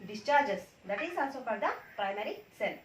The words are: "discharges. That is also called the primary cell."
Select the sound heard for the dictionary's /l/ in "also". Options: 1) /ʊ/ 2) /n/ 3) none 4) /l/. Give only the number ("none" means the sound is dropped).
2